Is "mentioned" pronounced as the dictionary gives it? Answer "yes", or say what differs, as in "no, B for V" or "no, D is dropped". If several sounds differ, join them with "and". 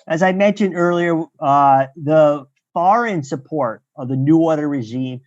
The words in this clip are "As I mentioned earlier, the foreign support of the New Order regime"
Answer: yes